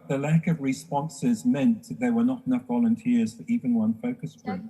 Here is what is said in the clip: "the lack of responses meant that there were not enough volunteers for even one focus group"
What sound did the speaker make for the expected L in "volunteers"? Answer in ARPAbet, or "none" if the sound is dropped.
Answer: L